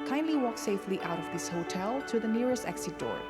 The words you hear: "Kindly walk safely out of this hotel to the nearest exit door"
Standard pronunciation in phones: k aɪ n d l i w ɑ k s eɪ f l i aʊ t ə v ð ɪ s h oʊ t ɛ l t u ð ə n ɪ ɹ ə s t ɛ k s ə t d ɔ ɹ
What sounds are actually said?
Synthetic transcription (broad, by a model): k aɪ n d l i w ɑ k s eɪ f l i aʊ t ə v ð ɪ s h oʊ t ɛ l t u ð ə n ɪ ɹ ə s t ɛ k s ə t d ɔ ɹ